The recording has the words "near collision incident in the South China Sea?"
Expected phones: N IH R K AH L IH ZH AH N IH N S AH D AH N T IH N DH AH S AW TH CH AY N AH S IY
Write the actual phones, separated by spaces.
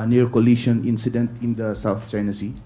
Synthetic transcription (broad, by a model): N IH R K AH L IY SH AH N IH N S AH D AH N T IH N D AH S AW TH CH AY N AH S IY